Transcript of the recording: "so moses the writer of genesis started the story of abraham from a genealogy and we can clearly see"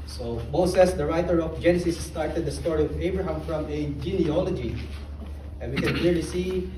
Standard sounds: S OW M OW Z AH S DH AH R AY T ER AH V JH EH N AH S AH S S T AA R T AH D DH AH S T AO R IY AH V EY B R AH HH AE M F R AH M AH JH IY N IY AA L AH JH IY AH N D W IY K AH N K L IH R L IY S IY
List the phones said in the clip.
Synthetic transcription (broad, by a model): S OW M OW S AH S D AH R AY T ER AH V JH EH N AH S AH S S T AA R T AH D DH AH S T AO R IY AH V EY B R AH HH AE M F R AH M AH JH IY N IY AA L AH JH IY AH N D W IY K AH N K L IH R L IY S IY